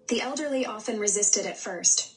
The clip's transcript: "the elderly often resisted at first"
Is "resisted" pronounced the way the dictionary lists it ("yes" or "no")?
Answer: yes